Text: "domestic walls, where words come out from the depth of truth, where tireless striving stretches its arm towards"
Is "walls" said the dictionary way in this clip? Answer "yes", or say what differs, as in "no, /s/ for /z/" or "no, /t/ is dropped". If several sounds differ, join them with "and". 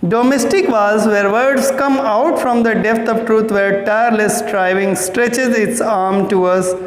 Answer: no, /l/ is dropped